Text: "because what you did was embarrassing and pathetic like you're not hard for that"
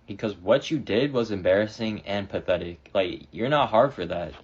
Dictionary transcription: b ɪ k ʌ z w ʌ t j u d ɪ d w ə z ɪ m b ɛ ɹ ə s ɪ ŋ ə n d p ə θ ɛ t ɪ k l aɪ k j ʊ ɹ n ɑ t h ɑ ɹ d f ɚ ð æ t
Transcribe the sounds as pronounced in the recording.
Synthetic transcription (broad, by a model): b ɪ k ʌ z w ʌ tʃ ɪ d ɪ d w ə z ɪ m b ɛ ɹ ə s ɪ ŋ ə n p ə θ ɛ t ɪ k l aɪ k j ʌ ɹ n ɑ t h ɑ ɹ d f ɚ ð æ t